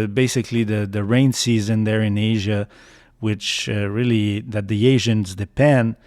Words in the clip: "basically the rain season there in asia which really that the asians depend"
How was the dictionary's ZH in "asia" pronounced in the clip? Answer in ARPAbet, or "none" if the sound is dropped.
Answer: ZH